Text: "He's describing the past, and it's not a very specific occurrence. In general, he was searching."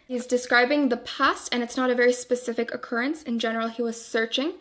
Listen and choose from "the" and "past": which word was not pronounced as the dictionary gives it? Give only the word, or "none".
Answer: none